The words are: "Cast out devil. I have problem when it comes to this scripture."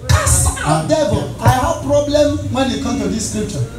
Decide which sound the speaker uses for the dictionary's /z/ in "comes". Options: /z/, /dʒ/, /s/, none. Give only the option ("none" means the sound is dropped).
none